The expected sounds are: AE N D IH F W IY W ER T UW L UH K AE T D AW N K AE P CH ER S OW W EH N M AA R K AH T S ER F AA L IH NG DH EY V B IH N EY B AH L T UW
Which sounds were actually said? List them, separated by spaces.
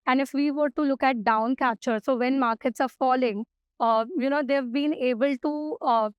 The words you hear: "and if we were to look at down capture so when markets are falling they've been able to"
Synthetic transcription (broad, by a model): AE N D IH F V IY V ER T UW L UH K AE T D AW N K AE CH ER S OW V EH N M AA R K AH T S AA F AA L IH NG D EY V B IH N EY B AH L T UW